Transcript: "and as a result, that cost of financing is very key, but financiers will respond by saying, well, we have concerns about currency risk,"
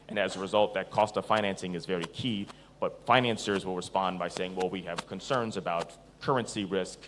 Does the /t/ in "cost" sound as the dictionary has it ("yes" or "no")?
yes